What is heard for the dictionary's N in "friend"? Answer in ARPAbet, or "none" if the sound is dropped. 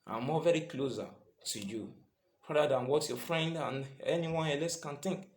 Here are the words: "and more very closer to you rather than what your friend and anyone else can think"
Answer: N